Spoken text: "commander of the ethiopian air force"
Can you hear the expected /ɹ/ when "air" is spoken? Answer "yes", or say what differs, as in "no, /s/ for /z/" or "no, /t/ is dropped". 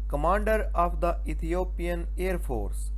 yes